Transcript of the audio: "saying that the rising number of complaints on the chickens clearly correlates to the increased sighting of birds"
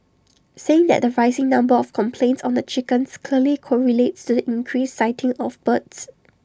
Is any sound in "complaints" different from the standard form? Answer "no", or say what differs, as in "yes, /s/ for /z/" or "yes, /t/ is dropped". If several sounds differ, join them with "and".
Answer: no